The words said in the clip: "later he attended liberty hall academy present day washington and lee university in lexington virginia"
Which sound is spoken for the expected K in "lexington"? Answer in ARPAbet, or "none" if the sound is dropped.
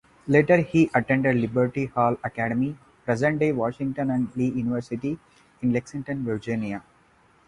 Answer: K